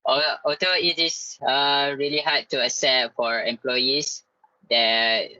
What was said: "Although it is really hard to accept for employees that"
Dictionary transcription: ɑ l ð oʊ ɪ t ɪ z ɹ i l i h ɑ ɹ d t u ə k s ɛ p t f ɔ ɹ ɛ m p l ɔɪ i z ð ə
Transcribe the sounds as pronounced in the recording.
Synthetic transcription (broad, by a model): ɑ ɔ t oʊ ɪ t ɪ s ɹ i l i h ɑ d t u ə s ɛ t f ɔ ɹ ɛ m p l ɔɪ i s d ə